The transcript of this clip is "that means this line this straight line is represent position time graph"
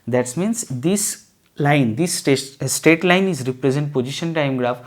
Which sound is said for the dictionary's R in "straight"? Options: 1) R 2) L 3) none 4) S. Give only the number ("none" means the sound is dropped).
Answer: 3